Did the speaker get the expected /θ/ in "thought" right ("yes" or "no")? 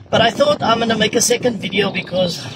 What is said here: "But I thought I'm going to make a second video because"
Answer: yes